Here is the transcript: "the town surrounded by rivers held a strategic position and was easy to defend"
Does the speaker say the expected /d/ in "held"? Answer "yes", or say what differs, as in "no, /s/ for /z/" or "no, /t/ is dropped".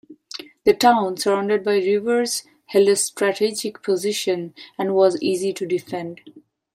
no, /d/ is dropped